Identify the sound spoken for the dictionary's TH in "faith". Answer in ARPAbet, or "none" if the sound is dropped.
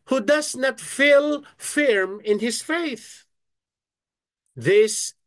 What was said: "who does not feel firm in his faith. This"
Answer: TH